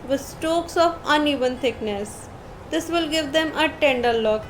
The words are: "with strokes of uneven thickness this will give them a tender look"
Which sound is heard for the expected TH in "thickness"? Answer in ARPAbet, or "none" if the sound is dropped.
T